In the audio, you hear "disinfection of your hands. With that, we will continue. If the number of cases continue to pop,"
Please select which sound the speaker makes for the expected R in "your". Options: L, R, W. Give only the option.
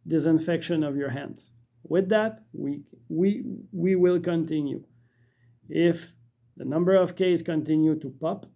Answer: R